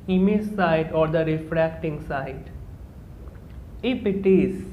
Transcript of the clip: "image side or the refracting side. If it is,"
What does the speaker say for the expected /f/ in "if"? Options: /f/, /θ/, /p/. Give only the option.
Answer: /p/